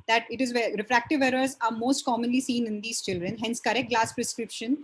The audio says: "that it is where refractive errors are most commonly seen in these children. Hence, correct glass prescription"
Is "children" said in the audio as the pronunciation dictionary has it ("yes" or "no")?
yes